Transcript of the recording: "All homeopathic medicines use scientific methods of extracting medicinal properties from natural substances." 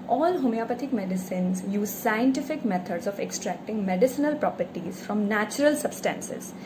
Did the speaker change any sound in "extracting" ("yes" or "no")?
no